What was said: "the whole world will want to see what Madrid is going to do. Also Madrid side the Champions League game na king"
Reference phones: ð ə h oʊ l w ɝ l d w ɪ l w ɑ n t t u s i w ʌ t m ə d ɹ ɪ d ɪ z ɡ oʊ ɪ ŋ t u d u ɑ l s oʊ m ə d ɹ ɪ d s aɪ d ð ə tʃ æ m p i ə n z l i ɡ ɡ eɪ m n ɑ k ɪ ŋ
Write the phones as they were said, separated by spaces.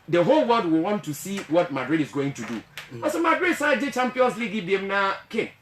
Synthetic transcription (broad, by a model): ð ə h oʊ l w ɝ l d w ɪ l w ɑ n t t u s i w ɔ t m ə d ɹ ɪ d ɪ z ɡ oʊ ɪ ŋ t u d u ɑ s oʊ m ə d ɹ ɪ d s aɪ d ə tʃ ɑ m p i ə n s l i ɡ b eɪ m n ɑ k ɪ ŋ